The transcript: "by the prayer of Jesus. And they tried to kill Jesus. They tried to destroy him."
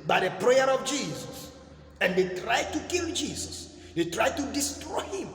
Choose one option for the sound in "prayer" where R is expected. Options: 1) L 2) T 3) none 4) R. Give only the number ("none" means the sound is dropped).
4